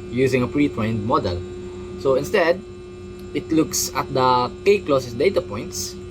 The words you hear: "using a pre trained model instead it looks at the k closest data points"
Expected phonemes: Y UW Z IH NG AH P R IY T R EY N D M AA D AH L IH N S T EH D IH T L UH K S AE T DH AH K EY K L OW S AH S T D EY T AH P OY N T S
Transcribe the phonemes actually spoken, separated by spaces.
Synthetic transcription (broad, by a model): Y UW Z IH NG AH P R IY T R EY N D M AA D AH L IH N S T EH D IH T L UH K S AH T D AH K EY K L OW S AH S D EY T AH P OY N T S